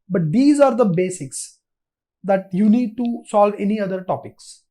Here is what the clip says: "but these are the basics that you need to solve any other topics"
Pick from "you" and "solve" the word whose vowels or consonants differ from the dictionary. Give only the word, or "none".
none